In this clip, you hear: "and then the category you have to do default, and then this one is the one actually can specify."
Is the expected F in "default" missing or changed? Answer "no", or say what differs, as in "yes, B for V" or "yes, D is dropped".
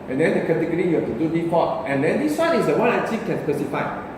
yes, P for F